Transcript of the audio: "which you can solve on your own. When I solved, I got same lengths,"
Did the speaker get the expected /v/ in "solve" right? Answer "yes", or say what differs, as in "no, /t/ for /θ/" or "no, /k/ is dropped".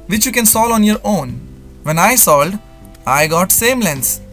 no, /v/ is dropped